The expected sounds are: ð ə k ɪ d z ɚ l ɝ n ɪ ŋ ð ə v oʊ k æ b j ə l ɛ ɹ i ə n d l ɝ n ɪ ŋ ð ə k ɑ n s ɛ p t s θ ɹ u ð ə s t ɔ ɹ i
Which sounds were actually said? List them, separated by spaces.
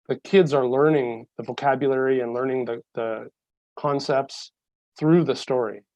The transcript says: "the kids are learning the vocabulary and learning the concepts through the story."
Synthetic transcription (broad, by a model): ð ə k ɪ d z ɚ l ɝ n ɪ ŋ ð ə v oʊ k æ b j ə l ɛ ɹ i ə n l ɝ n ɪ ŋ ð ə k ɑ n s ɛ p t s θ ɹ u ð ə s t ɔ ɹ i